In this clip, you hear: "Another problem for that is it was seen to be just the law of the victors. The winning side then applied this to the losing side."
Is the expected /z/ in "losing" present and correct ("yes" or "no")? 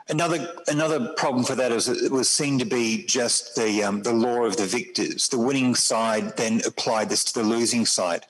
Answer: yes